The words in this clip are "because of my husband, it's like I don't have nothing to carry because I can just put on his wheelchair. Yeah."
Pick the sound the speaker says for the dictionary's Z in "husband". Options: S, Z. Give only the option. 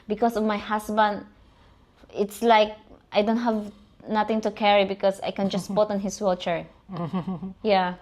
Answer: S